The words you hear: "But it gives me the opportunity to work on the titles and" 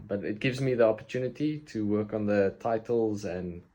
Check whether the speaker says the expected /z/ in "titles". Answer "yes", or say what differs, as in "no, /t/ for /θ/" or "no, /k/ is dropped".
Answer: yes